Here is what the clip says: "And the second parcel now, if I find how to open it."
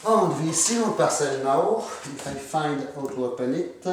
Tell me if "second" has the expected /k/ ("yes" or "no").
no